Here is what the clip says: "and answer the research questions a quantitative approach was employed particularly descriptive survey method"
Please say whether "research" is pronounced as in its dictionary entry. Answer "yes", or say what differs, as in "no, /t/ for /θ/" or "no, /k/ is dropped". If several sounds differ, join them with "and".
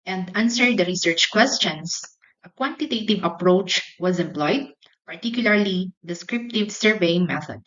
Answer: yes